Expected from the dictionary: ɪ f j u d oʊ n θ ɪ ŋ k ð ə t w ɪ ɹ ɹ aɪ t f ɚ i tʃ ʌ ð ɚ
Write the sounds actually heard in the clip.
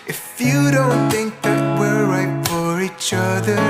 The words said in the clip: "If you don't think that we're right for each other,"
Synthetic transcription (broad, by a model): ɪ f j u d oʊ n θ ɪ ŋ k ð ə t w ɪ ɹ ɹ aɪ t f ɚ i tʃ ʌ ð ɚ